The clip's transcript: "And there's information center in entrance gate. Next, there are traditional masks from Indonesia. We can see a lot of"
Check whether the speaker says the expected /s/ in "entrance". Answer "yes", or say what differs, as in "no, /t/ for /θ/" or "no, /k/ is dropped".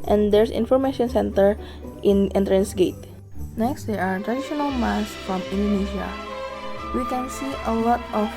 yes